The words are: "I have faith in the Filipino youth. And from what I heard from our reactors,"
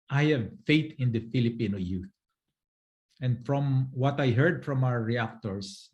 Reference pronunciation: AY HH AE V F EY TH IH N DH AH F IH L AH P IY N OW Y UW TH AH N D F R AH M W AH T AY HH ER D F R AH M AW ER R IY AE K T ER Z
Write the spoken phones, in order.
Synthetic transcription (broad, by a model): AY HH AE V F EY T IH N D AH F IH L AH P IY N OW Y UW TH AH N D F R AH M W AH T AY HH ER D F R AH M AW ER R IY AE K T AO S